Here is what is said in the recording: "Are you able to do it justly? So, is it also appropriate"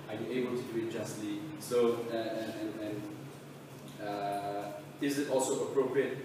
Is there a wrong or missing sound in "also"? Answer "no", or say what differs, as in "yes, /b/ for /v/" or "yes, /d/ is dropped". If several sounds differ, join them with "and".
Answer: no